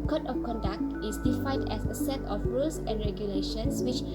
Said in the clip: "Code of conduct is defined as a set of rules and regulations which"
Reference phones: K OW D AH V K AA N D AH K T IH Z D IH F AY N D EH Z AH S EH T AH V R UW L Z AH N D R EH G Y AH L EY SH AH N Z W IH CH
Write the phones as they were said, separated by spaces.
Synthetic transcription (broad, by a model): K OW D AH F K AA N D AH K T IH S D IH F AY N D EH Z AH S EH T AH F R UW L S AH N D R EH G Y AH L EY SH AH N S W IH CH